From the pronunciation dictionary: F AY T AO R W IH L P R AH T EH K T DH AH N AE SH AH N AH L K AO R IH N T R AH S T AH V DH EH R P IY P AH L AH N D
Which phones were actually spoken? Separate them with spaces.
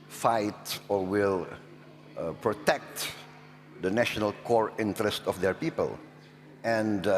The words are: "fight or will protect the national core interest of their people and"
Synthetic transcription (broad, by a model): F AY T AO R W IH L P R AH T EH K T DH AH N AE SH AH N AH L K AO R IH N T R AH S T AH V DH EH R P IY P AH L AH N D